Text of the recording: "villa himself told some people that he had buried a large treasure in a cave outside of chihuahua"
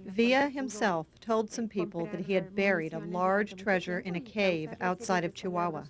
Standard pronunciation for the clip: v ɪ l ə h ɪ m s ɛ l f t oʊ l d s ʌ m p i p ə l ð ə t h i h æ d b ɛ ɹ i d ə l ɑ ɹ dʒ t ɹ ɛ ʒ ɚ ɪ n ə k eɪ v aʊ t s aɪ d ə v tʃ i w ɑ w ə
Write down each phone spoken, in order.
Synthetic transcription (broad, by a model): v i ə h ɪ m s ɛ l f t oʊ l d s ʌ m p i p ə l ð ə t h i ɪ d b ɛ ɹ i d ə l ɑ ɹ dʒ t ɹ ɛ ʒ ɚ ɪ n ə k eɪ v aʊ t s aɪ d ə v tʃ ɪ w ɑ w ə